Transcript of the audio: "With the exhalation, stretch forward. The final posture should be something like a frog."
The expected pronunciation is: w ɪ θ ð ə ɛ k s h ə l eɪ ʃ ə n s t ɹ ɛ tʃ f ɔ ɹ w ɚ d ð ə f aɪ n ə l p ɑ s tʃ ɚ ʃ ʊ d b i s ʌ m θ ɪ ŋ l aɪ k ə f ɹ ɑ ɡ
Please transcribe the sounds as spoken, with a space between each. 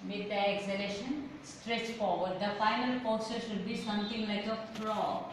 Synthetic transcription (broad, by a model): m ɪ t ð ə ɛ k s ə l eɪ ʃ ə n s t ɹ ɛ tʃ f ɔ ɹ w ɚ d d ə f aɪ n ə l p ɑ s ɚ ʃ ʊ d b i s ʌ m t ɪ ŋ l aɪ k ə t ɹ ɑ